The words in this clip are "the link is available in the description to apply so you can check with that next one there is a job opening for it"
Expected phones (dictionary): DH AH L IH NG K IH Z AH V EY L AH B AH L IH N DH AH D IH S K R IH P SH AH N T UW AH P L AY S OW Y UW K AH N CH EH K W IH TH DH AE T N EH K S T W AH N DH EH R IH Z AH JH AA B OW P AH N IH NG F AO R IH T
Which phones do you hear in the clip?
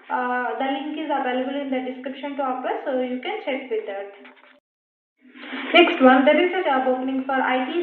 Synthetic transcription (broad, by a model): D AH L IH NG K IH Z AH V EY L AH B AH L IH N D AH D IH S K R IH P SH AH N T UW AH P AY S OW Y UW K AH N CH EH K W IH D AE T N EH K S T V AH N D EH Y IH S AH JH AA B OW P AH N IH NG F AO R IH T